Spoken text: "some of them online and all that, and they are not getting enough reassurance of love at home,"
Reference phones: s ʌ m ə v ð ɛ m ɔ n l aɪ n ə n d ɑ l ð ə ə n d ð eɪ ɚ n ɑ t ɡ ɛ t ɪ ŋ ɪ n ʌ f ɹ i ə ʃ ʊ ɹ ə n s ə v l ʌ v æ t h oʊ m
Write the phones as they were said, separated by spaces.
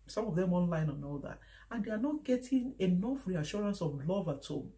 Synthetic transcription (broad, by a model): s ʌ m ə v ð ɛ m ɔ n l aɪ n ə n ɑ l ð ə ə n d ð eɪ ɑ n ɑ t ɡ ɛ t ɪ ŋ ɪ n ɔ f ɹ i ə ʃ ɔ ɹ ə n s ə v l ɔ v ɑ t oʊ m